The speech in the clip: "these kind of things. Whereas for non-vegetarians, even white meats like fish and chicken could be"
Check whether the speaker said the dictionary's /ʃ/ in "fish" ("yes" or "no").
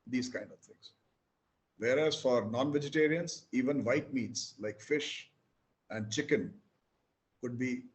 yes